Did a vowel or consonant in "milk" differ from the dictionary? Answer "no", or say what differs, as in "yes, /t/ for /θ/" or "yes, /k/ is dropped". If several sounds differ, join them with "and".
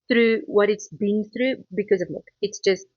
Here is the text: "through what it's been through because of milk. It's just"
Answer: yes, /l/ is dropped